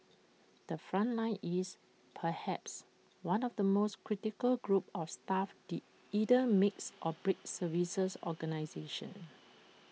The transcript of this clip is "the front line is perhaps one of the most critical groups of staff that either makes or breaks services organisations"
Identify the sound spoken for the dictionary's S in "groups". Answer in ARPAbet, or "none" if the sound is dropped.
none